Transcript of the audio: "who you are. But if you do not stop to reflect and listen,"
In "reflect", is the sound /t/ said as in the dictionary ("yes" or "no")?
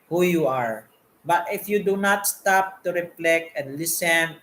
no